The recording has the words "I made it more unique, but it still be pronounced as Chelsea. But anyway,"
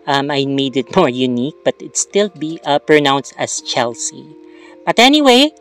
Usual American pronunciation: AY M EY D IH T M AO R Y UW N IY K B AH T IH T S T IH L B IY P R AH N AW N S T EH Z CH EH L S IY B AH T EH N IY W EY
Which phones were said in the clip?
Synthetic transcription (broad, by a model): AY M EY D IH T M AO R Y UW N IY K B AH T IH T S T IH L B IY P R AH N AW N S T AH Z CH EH L S IY B AH T EH N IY W EY